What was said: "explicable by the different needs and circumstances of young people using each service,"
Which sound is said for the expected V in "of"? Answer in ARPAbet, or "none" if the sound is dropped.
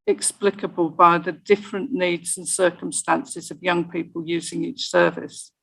V